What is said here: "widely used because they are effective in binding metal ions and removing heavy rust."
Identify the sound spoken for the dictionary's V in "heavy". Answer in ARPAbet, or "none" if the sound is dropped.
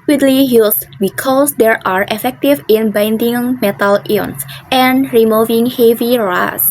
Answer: V